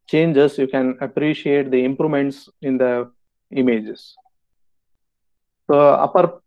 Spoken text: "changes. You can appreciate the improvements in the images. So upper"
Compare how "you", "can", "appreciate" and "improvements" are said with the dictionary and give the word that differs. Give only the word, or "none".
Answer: improvements